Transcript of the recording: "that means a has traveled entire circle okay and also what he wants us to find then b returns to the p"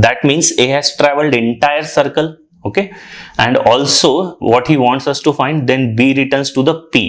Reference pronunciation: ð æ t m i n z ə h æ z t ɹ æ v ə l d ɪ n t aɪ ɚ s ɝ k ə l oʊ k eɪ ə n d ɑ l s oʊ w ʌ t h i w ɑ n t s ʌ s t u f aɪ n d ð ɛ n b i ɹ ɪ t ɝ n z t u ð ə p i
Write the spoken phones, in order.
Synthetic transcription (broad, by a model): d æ t m i n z ə h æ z t ɹ æ v ə l d ɪ n t aɪ ɚ s ɝ k ə l oʊ k eɪ ə n d ɑ l s oʊ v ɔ t h i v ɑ n t s ʌ s t u f aɪ n d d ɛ n b i ɹ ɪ t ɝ n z t u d ə p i